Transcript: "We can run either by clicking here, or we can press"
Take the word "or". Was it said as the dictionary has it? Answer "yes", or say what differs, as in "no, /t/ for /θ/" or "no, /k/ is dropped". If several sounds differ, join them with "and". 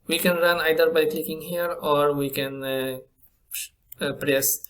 yes